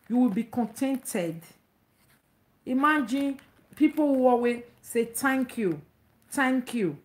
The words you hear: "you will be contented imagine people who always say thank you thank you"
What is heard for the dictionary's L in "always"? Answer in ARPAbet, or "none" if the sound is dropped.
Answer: none